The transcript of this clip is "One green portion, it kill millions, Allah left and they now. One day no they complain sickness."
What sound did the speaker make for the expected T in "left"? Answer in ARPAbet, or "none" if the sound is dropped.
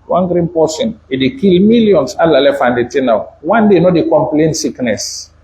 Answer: none